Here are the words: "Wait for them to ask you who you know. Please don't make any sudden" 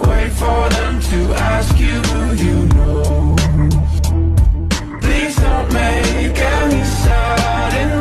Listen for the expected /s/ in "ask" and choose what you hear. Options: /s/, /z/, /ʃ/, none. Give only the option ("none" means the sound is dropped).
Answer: /s/